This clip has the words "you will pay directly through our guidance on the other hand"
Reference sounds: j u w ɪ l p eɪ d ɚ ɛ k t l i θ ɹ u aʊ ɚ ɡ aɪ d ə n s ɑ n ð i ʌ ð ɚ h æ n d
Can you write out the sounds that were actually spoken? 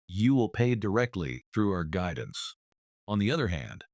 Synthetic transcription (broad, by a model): j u w ɪ l p eɪ d ɚ ɛ k t l i θ ɹ u aʊ ɚ ɡ aɪ d n s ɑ n ð i ʌ ð ɚ h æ n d